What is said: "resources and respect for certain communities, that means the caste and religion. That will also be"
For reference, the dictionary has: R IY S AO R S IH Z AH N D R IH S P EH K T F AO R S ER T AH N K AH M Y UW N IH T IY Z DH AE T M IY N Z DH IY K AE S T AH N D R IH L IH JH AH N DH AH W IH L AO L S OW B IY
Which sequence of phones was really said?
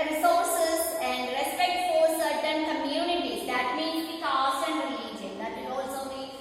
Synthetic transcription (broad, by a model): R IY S AO R S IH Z AH N D R IH S P EH K T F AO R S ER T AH N K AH M Y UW N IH T IY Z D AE T M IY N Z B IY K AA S AH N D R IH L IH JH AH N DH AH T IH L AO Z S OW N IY